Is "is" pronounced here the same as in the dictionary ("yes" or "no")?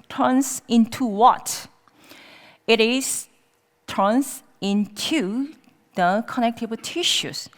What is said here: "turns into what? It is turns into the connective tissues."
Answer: no